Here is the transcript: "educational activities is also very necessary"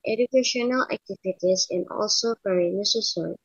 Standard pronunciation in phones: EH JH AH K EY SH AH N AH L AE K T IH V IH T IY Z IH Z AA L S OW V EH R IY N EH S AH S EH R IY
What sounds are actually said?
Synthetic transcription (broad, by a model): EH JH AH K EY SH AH N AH L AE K T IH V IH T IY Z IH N AA L S OW P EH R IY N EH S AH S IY